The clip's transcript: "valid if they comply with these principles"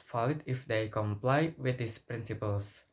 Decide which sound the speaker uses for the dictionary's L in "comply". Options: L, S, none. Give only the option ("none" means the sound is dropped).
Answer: L